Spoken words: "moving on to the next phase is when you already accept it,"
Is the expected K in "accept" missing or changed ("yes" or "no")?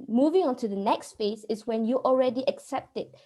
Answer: no